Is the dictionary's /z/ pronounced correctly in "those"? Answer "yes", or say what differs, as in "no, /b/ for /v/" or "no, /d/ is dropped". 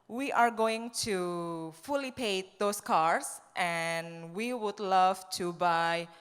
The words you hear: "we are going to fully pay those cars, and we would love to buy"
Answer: no, /s/ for /z/